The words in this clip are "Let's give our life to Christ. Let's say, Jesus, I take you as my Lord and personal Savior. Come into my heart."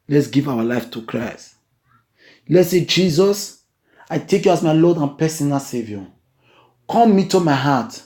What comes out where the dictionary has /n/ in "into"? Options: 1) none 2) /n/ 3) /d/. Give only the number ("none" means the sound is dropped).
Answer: 1